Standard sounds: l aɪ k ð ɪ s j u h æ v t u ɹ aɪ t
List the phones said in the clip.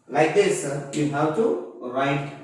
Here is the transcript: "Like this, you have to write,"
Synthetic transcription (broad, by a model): l aɪ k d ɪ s j u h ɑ w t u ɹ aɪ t